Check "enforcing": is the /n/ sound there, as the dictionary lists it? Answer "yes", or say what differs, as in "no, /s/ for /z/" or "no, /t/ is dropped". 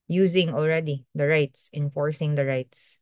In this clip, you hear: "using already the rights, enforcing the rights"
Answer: yes